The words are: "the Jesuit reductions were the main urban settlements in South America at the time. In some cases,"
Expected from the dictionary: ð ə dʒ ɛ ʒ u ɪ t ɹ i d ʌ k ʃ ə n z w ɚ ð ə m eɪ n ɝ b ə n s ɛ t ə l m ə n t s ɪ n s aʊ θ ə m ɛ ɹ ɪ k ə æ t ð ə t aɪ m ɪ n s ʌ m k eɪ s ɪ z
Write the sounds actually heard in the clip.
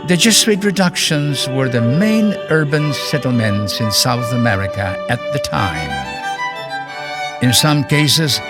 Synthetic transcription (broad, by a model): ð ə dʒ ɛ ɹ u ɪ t ɹ i d ʌ k ʃ ə n z w ɚ ð ə m eɪ n ɝ b ə n s ɛ t l m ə n t s ɪ n s aʊ θ ə m ɛ ɹ ɪ k ə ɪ t ð ə t aɪ m ɪ n s ʌ m k eɪ s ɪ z